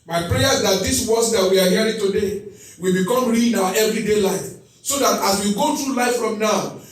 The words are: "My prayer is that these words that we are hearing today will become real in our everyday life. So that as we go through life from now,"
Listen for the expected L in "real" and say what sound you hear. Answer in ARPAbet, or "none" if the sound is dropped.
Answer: N